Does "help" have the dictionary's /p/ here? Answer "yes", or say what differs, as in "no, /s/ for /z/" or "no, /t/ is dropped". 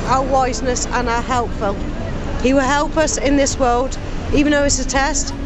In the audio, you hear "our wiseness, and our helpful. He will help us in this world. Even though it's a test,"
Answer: yes